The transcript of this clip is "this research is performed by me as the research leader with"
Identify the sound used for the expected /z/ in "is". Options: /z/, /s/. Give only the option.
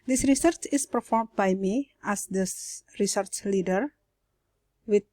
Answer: /s/